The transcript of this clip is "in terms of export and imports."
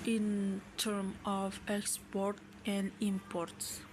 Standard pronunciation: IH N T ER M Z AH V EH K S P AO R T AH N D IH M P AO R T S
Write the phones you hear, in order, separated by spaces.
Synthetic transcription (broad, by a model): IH N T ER M AH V EH K S P AO R T AH N D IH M P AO R T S